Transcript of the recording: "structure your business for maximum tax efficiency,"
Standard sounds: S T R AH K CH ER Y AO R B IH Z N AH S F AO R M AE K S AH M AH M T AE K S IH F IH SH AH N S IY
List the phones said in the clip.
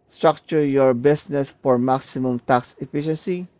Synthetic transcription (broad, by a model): S T R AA K CH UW Y AO R B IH S N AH S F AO R M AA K S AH M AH M T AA K S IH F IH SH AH N S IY